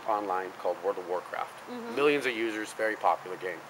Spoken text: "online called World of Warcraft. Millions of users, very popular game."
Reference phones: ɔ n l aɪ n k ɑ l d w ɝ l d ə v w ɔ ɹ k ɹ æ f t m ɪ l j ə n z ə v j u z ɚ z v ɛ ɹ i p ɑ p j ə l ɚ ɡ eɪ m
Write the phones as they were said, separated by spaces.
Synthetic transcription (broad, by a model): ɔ n l aɪ n k ɑ l d w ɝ d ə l w ɔ ɹ k ɹ æ f t m ɪ l j ə n z ə v j u z ɚ z v ɛ ɹ i p ɑ p j l ɚ ɡ eɪ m